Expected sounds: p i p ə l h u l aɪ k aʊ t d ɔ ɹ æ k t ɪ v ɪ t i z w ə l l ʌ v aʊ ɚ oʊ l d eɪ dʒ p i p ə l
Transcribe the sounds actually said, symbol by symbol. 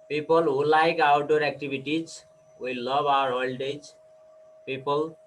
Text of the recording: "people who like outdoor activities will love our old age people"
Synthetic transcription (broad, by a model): p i p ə l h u l aɪ k aʊ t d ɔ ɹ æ k t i b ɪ t i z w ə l l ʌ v aʊ ɚ oʊ l d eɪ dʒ p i p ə l